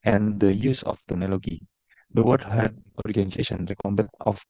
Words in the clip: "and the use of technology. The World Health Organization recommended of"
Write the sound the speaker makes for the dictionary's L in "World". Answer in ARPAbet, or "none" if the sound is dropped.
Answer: none